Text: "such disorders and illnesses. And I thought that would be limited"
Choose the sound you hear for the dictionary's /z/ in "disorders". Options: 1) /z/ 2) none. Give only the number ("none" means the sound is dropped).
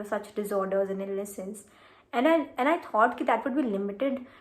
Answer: 1